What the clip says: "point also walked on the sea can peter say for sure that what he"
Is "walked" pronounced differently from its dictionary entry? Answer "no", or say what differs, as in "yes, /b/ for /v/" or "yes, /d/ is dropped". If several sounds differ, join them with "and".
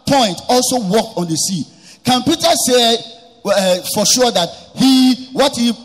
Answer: no